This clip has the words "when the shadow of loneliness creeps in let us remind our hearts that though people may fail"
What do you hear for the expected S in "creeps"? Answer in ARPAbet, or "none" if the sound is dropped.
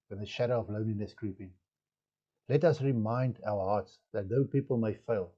none